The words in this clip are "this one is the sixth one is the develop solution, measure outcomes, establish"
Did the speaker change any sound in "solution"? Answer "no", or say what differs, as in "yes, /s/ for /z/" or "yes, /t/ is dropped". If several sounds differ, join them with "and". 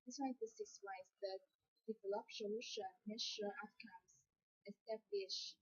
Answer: yes, /ʃ/ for /s/